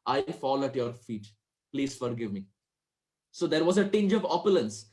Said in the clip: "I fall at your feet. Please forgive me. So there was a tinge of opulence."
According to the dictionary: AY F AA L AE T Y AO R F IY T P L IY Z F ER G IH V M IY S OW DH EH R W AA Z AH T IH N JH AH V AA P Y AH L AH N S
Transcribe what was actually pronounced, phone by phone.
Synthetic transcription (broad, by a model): AY F AA L AE T Y AO R F IY T P L IY Z F ER G IH V M IY S OW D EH R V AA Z AH T IH N JH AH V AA P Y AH L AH N S